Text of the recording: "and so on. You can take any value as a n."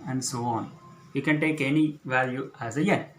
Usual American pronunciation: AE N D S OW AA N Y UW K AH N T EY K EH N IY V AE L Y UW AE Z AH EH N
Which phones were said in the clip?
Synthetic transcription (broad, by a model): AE N D S OW AA N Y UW K AH N T EY K EH N IY V AE L Y UW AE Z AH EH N